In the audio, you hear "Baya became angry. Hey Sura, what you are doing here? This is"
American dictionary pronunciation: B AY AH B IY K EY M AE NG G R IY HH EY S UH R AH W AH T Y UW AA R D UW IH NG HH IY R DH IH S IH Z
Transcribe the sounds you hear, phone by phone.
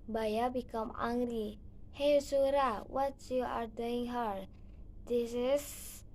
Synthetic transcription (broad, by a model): B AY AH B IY K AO M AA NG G R IY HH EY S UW R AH W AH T Y UW AA R D UW IH NG HH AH R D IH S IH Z